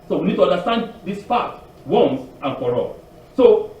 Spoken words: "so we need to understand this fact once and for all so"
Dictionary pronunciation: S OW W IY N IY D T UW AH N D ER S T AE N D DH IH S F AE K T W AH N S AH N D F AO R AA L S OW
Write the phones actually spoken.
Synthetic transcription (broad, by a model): S OW W IY N IY D T UW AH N D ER S T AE N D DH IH S P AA T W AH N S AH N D F AO R AA L S OW